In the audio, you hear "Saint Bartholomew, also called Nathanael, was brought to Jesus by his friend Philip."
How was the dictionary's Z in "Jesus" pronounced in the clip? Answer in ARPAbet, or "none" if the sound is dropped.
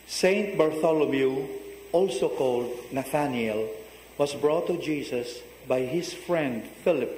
S